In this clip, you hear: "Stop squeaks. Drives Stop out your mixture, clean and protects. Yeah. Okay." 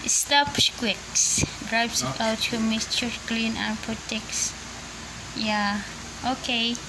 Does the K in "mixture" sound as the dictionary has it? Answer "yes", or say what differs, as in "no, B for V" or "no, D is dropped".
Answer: no, K is dropped